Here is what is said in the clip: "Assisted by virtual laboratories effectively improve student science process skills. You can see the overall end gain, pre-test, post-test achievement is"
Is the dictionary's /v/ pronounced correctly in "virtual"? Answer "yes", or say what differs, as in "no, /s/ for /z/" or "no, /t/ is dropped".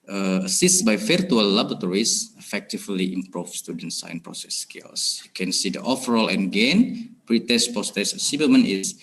no, /f/ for /v/